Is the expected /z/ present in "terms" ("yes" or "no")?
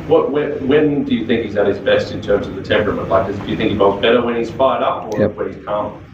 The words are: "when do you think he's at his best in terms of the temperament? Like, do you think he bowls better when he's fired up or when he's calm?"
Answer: yes